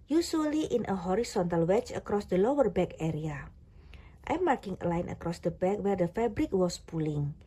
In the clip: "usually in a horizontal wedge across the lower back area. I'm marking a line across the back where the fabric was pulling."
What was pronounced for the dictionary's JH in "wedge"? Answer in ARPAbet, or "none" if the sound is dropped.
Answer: CH